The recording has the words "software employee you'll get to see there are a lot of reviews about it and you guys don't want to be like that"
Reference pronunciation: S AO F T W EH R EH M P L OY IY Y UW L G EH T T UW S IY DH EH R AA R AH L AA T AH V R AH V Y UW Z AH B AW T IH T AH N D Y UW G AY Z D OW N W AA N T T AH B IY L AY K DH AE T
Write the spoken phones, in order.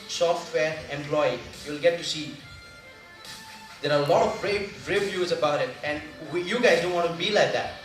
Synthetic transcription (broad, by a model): S AO F T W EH R EH M P L OY IY Y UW L G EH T T UW S IY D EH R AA L AH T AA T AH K R AH V Y UW Z AH B AW T IH T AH N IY Y UW G AY Z D OW N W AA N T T B IY L AY K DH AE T